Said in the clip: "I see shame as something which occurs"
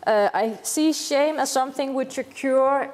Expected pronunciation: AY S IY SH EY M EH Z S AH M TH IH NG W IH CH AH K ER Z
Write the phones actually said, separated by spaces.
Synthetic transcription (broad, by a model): AY S IY SH EY M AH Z S AH M TH IH NG W IH CH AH K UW